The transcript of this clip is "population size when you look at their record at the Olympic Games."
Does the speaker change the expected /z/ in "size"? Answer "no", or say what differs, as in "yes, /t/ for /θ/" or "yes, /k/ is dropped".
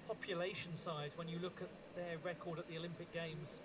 no